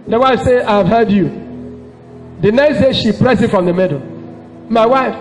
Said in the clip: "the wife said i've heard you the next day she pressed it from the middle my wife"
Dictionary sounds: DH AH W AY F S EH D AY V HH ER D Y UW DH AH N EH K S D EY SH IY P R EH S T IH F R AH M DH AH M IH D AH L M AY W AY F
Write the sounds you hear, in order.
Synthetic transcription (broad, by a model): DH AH W AY F S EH AY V HH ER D Y UW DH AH N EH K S D EY SH IY P R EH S IH F R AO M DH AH M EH D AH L M AY W AY F